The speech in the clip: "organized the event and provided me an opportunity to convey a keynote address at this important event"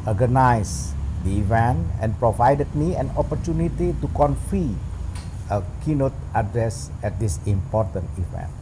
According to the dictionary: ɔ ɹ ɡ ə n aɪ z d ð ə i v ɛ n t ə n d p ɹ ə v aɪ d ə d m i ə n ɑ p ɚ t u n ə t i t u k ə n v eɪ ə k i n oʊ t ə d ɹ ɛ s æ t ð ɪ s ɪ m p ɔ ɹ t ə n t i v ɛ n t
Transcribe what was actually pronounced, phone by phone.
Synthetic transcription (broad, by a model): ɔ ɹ ɡ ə n aɪ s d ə i v ɛ n t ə n p ɹ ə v aɪ d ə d m i ə n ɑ p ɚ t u n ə t i t u k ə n f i ə k i n oʊ t ə d ɹ ɛ s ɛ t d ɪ s ɪ m p ɔ ɹ t ə n t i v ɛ n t